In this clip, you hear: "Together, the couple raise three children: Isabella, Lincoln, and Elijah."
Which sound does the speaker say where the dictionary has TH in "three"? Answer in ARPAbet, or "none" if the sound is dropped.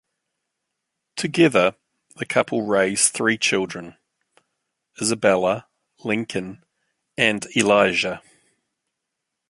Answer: TH